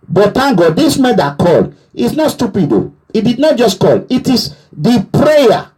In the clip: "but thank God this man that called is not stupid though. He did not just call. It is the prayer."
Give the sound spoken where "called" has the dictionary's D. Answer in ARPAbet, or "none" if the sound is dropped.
none